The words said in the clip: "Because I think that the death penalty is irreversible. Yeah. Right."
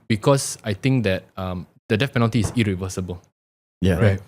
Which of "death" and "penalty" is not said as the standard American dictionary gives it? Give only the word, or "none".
death